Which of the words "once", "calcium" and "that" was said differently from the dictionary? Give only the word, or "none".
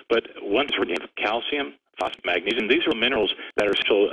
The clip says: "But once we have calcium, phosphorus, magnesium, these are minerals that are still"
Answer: none